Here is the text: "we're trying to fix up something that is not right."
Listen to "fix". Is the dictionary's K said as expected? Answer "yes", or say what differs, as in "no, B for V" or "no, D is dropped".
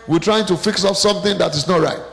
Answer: yes